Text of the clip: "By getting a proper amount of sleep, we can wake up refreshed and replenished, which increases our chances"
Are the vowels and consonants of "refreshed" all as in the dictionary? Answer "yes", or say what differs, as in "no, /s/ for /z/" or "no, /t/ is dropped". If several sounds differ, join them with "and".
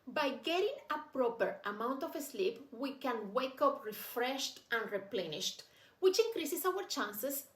yes